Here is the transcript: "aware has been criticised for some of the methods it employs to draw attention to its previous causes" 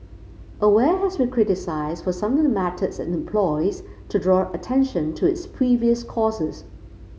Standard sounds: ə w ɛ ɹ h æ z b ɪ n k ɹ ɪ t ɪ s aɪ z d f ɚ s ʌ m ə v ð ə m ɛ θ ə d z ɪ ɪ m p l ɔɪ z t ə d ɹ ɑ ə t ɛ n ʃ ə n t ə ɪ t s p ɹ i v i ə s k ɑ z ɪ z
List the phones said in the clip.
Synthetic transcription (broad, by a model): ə w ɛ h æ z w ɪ k ɹ ɪ t ɪ s aɪ z d f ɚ s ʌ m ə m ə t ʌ s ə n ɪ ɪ m p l ɔɪ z t ə d ɹ ɑ ə t ɛ n ʃ ə n t ə ɪ t s p ɹ i v i ə s k ɑ z ɪ z